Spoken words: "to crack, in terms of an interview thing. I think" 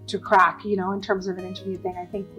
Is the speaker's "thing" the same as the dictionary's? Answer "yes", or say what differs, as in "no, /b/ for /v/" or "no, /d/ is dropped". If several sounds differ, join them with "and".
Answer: yes